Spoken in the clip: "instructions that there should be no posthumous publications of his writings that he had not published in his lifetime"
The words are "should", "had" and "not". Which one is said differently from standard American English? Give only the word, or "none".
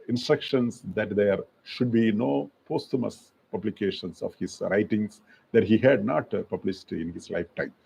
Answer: none